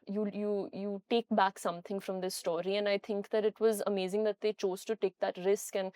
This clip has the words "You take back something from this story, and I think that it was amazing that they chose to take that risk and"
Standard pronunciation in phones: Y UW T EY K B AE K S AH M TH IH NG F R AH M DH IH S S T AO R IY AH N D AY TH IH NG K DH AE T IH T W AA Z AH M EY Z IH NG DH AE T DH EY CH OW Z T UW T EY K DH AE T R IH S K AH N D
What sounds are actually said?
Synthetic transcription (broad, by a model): Y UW T EY K B AE K S AH M T IH NG F R AH M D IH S S T AO R IY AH N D AY T IH NG K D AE T IH T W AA Z AH M EY Z IH NG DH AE T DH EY CH OW Z T UW T EY K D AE T R IH S K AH N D